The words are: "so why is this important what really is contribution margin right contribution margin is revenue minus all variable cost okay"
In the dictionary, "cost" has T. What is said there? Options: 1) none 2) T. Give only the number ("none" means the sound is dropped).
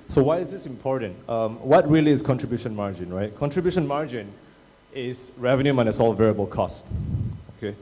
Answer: 2